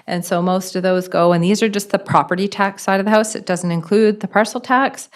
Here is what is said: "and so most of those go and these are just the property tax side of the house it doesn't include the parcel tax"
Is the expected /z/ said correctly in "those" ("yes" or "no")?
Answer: yes